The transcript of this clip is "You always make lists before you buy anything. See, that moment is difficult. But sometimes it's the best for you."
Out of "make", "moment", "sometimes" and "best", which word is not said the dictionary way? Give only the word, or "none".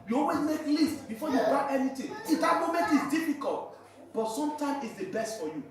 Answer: sometimes